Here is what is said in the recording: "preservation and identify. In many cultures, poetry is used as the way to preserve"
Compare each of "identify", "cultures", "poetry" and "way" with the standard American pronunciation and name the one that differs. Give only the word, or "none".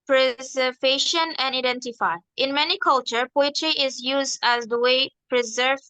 cultures